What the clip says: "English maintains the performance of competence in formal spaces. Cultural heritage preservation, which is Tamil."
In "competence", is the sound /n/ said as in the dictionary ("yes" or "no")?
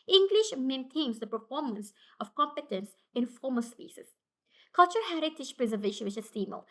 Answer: yes